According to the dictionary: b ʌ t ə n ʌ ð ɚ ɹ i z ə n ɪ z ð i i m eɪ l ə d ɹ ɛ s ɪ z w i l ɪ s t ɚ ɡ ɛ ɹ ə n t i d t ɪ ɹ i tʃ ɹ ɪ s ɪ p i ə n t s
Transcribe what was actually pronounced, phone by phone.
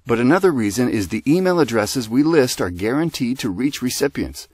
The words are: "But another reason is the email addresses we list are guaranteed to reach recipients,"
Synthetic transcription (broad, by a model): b ʌ t ə n ʌ ð ɚ ɹ i z ə n ɪ z ð i i m eɪ l ə d ɹ ɛ s ɪ z w i l ɪ s t ɚ ɡ ɛ ɹ ə n t i d t ɪ ɹ i tʃ ɹ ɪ s ɪ p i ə n t s